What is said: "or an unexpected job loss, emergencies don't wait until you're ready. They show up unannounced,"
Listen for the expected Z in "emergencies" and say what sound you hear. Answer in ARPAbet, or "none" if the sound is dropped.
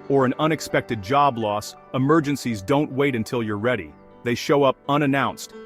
Z